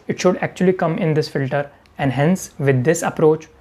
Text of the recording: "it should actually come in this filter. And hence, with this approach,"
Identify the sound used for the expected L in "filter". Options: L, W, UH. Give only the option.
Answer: L